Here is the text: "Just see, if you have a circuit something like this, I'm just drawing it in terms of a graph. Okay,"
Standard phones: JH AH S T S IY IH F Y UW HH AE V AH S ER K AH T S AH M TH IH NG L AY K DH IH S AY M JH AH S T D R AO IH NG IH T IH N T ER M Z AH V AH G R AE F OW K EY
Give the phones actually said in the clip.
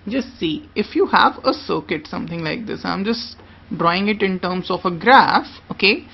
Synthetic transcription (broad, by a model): JH AH S T S IY IH F Y UW HH AE V AH S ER K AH T S AH M T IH NG L AY K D IH S AY M JH AH S T D R AO IH NG IH T IH N T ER M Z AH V AH G R AE F OW K EY